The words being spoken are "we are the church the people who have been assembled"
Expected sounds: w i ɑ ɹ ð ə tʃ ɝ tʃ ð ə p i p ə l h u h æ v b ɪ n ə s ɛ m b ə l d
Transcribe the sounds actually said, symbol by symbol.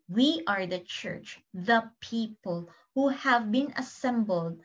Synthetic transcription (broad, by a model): w i ɑ ɹ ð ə tʃ ɝ tʃ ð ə p i p ə l h u h æ v b ɪ n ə s ɛ m b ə l d